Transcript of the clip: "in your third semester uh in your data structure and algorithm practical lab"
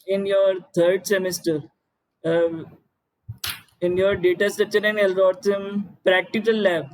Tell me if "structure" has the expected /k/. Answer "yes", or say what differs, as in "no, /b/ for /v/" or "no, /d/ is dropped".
no, /k/ is dropped